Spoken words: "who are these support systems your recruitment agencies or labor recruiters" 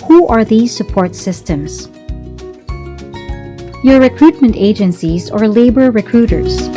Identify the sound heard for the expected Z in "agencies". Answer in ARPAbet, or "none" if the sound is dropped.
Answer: Z